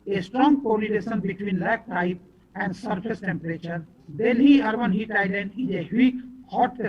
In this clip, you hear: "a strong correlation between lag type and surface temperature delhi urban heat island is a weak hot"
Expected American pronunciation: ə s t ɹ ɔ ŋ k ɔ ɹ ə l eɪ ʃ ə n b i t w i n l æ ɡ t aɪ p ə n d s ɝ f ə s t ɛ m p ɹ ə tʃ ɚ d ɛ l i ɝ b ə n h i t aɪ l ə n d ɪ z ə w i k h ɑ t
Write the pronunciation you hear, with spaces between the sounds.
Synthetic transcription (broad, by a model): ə s t ɹ ɔ ŋ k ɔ l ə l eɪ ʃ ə n b i t w i n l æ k t aɪ p ə n d s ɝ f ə s t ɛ m p ɹ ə tʃ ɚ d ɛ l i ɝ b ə n h i t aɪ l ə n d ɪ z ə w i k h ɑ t